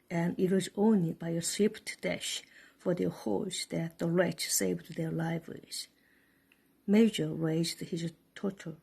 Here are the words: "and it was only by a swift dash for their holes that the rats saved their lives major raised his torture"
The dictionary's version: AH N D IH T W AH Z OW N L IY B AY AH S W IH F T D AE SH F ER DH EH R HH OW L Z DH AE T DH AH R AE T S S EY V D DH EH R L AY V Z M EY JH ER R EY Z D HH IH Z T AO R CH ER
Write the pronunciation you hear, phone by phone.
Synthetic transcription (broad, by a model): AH N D IH T W AH Z OW N L IY B AY AH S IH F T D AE SH F ER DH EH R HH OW Z DH AE T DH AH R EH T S S EY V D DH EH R L AY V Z M EY JH ER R EY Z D HH IH Z T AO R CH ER